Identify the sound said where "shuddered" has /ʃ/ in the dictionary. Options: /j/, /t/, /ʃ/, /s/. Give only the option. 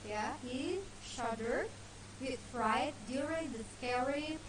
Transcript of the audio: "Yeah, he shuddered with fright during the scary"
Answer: /ʃ/